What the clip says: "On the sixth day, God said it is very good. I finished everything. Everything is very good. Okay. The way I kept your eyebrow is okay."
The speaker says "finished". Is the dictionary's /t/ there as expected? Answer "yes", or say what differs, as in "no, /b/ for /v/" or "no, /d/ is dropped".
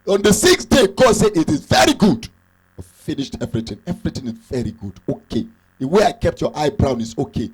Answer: yes